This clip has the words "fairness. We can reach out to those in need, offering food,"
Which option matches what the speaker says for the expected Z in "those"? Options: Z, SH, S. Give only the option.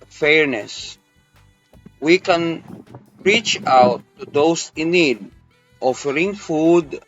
S